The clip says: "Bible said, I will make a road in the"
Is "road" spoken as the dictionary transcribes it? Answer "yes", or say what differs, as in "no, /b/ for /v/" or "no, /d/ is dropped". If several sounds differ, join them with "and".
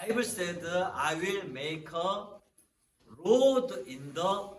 yes